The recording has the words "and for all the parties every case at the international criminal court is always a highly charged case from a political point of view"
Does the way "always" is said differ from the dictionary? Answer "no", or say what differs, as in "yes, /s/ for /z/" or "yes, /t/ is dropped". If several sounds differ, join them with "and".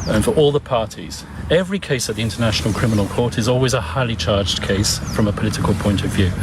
no